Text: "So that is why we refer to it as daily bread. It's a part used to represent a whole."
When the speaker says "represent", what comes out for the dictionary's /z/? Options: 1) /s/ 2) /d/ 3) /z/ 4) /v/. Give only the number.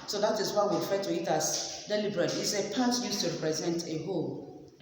3